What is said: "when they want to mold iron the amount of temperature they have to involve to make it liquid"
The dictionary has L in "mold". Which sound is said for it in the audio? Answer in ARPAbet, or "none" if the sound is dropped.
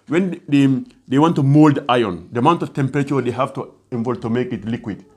L